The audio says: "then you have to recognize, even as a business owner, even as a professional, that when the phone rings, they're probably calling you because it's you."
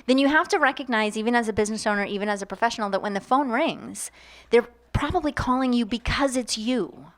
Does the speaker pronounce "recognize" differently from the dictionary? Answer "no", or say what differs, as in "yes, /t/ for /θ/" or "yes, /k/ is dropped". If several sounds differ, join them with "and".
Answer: no